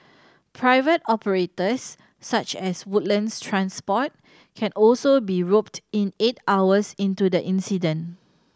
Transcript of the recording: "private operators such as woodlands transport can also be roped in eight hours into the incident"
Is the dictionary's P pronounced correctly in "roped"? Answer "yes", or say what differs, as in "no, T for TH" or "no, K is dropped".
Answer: yes